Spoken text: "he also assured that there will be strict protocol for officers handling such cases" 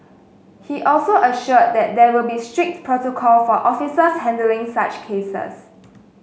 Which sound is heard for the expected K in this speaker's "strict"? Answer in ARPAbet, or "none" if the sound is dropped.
K